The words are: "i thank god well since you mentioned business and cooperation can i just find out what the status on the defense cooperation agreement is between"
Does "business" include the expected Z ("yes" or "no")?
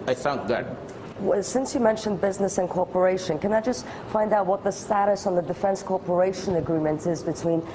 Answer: yes